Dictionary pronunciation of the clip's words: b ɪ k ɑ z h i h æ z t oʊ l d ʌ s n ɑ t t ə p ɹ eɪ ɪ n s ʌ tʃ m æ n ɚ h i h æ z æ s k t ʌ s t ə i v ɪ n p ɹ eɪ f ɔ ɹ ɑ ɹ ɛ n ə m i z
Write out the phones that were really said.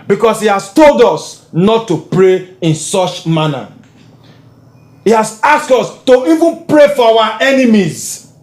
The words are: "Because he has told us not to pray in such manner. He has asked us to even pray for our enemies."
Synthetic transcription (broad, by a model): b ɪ k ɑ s h i h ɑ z t oʊ l d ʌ s n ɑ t t ə p ɹ eɪ ɪ n s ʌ tʃ m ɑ n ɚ h i h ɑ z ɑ s k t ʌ s t ə i v ɪ n p ɹ eɪ f ɔ w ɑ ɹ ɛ n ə m i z